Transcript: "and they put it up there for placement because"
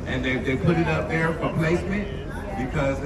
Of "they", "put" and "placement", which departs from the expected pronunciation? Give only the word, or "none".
none